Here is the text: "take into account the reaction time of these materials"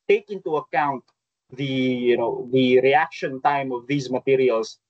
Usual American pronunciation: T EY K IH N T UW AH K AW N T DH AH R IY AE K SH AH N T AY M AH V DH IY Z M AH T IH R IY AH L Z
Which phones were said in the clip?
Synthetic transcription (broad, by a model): T EY K IH N T UW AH K AW N T DH AH R IY AE K SH AH N T AY M AH V DH IY Z M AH T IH R IY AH L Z